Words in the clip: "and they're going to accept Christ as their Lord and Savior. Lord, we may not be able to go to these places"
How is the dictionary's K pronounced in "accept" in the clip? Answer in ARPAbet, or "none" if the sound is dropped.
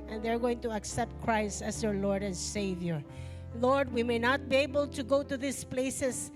K